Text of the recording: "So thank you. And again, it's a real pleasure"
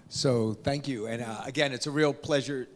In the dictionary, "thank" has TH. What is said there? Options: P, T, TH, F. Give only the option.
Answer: TH